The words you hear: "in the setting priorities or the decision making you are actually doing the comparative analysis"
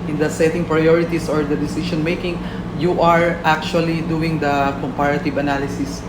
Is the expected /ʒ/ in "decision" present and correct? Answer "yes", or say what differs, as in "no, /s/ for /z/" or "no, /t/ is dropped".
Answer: no, /ʃ/ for /ʒ/